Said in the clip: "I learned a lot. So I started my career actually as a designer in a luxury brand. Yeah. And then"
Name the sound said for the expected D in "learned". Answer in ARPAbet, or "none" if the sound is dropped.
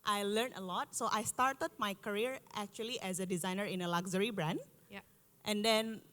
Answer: none